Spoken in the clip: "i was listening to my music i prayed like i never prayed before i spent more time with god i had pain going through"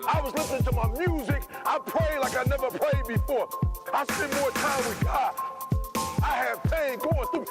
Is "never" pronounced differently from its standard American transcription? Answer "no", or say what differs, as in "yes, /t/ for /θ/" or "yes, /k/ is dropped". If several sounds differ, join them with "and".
no